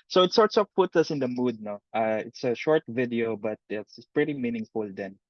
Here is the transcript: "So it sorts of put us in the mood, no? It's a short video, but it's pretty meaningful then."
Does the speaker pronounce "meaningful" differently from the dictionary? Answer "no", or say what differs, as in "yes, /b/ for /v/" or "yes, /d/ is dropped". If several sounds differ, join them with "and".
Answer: no